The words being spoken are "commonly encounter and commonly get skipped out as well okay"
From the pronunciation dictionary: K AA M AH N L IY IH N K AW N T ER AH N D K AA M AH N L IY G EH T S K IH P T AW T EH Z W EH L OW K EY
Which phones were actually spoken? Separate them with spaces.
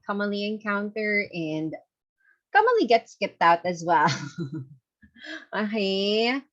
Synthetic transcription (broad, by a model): K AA M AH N L IY IH N K AW N T ER AH N D K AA M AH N L IY G EH T S K IH P T AW T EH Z W EH L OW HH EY